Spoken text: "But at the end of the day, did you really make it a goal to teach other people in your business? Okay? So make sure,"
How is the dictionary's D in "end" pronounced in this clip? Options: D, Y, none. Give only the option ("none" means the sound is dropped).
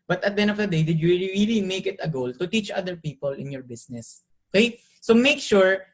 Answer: none